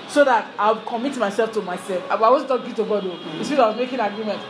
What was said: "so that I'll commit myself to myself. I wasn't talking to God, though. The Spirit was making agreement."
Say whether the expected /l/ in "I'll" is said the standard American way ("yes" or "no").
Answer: no